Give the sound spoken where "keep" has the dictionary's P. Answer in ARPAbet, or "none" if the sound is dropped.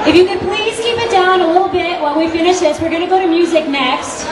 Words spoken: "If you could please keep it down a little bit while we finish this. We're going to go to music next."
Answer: P